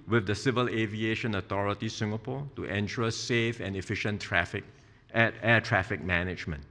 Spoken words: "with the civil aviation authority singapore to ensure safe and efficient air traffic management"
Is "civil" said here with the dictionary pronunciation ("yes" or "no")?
yes